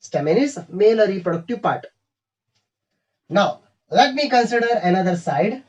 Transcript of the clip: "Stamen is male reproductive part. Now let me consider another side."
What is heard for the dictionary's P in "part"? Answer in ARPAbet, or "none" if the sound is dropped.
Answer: P